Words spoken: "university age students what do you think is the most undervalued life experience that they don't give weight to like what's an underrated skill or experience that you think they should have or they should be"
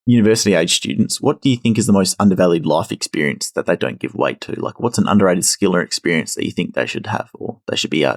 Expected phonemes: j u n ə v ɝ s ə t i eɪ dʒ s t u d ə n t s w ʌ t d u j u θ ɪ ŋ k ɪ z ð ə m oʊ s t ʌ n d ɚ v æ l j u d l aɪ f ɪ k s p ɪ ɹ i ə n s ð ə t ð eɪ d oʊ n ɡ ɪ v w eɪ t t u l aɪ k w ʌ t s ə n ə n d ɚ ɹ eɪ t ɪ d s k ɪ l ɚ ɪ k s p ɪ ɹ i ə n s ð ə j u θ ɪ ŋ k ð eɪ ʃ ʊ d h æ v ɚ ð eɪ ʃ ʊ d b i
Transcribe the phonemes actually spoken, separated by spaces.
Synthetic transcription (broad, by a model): j u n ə v ɝ s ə t i eɪ dʒ s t u d n t s w ʌ t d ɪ j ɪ θ ɪ ŋ k ɪ z ð ə m oʊ s t ʌ n d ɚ v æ l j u d l aɪ f ɪ k s p ɪ ɹ i ə n s ð ə t ð eɪ d oʊ n ɡ ɪ v w eɪ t t u l aɪ k w ʌ t s n ə n d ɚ ɹ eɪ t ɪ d s k ɪ l ɚ ɪ k s p ɪ ɹ i ə n s ð ə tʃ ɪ θ ɪ ŋ k ð eɪ ʃ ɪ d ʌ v ɚ ð eɪ ʃ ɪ d b i